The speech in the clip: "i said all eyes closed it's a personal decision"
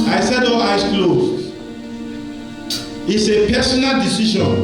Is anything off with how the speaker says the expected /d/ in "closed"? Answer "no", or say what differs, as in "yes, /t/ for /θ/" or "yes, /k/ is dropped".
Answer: yes, /d/ is dropped